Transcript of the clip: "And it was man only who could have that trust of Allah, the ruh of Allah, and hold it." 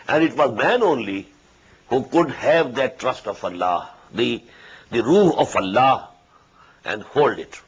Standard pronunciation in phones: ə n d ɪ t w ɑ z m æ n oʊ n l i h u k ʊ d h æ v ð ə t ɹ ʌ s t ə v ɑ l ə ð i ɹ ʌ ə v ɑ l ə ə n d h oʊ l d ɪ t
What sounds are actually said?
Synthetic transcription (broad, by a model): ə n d ɪ t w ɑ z m æ n oʊ n l i h u k ʊ d h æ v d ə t ɹ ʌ s t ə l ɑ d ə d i ɹ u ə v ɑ l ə ə n d h oʊ l d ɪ t